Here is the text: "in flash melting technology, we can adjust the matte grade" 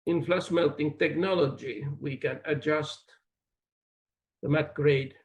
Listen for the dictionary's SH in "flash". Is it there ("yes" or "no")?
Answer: no